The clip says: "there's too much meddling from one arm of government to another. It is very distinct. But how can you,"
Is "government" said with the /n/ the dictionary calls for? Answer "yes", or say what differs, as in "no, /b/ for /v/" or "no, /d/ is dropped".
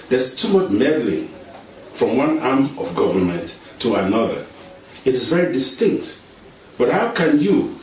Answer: yes